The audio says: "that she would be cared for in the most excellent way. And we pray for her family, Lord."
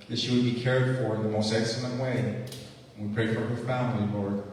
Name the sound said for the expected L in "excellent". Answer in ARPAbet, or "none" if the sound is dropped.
L